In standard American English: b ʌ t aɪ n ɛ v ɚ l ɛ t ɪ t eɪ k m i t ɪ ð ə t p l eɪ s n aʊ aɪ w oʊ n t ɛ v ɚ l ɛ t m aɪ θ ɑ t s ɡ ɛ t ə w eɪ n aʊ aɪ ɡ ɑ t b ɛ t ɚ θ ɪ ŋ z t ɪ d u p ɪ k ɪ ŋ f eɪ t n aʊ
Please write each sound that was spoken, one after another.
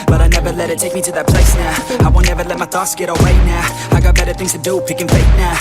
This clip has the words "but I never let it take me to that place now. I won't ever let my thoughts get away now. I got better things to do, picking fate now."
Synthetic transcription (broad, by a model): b ʌ t aɪ n ɛ v ɚ l ɛ t ɪ t eɪ k m i t ɪ ð ə t p l eɪ s n aʊ aɪ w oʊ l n ɛ v ɚ l ɛ t m aɪ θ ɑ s ɡ ɛ t ə w eɪ n aʊ aɪ ɡ ɑ t b ɛ t ɚ θ ɪ ŋ z t ɪ d u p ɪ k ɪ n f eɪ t n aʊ